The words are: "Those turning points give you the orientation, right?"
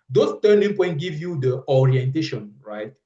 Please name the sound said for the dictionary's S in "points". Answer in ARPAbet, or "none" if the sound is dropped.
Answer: none